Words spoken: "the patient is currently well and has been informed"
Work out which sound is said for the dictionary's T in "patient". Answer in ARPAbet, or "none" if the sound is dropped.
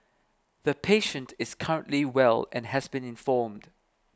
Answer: T